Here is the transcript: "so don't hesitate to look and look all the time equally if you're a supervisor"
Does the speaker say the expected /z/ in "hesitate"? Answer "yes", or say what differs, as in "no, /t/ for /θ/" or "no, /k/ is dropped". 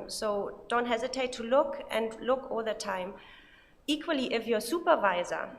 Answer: yes